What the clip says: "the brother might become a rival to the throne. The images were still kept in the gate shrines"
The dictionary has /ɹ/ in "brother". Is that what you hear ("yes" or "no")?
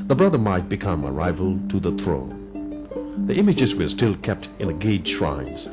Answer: yes